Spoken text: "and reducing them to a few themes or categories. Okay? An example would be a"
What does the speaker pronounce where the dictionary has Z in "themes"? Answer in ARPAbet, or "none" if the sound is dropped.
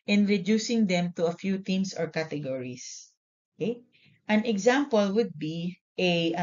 S